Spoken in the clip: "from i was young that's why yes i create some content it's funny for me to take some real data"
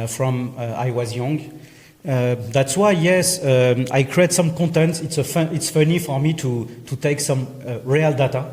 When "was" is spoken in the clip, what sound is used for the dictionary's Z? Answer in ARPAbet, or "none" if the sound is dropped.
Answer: Z